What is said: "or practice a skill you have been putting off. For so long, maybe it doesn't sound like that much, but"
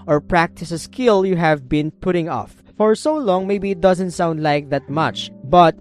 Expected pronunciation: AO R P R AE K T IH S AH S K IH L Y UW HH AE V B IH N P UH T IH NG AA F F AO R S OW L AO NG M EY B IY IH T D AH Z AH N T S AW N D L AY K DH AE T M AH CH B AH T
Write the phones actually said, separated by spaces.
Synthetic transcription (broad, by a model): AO R P R AE K T IH S AH S K IH L Y UW HH AE V B IH N P UH T IH NG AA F F AO R S OW L AO NG M EY B IY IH T D AH Z AH N T S AW N D L AY K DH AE T M AH CH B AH T